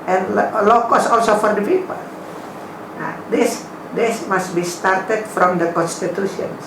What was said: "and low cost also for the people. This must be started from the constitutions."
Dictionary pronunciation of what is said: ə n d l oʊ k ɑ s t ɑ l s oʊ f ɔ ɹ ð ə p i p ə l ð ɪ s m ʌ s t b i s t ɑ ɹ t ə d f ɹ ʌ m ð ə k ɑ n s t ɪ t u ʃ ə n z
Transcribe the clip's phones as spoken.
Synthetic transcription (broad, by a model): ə n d l oʊ k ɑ s ɑ l s oʊ f ɔ ɹ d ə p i p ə l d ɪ s m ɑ s t b i s t ɑ ɹ t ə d f ɹ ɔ m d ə k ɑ n s t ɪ t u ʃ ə n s